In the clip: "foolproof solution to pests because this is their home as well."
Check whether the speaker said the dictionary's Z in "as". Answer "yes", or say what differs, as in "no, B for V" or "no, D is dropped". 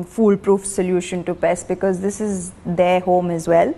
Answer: yes